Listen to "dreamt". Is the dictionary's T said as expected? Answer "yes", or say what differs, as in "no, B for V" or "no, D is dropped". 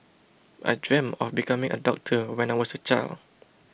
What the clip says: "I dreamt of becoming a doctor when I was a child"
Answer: no, T is dropped